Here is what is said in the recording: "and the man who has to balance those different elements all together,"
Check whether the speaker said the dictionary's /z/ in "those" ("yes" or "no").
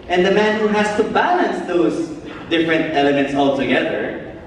no